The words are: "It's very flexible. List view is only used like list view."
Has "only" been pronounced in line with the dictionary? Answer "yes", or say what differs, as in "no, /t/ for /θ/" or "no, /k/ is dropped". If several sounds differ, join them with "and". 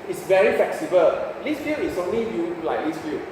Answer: yes